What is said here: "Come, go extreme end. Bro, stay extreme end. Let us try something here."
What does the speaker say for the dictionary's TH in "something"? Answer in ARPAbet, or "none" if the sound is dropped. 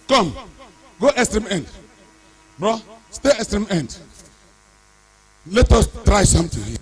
T